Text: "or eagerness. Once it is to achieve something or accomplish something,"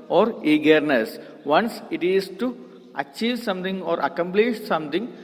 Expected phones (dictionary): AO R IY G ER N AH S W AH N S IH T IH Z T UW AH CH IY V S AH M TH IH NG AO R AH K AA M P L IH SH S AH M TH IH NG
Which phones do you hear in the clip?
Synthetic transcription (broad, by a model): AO R IY G ER N AH S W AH N S IH T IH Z T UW AH CH IY V S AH M T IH NG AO R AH K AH M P L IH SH S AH M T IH NG